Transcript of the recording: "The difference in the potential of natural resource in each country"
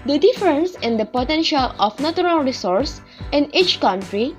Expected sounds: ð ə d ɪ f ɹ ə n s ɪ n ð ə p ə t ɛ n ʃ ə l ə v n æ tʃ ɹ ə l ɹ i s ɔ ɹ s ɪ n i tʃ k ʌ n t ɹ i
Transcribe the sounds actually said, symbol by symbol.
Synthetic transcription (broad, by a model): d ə d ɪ f ɹ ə n s ɪ n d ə p ə t ɛ n ʃ ə l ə f n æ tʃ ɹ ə l ɹ i s ɔ ɹ s ɪ n i tʃ k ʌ n t ɹ i